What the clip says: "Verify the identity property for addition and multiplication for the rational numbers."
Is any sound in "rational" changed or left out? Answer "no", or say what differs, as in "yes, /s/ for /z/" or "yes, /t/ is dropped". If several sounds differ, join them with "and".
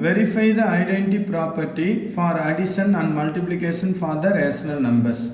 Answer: yes, /s/ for /ʃ/